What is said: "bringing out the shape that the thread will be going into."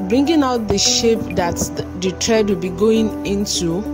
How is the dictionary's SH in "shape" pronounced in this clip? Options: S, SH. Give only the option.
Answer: SH